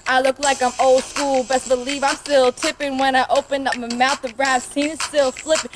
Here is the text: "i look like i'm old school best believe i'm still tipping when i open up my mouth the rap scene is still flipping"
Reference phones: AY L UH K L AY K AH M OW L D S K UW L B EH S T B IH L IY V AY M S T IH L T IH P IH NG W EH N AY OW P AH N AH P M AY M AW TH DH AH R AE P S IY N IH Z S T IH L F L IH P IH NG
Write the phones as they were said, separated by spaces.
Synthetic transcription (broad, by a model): AY L UH K L AY K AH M OW L D S K UW L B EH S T B IH L IY V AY S T IH L T IH P IH NG W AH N AY OW P AH N AH P M AY M AW TH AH R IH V S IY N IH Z S T IH L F L IH P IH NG